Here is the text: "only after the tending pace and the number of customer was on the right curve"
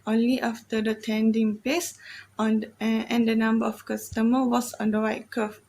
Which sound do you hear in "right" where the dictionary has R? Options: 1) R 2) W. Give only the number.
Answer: 2